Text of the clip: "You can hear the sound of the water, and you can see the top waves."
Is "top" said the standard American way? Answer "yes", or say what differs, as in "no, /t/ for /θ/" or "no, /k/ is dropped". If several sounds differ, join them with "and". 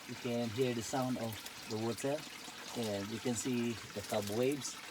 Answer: no, /b/ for /p/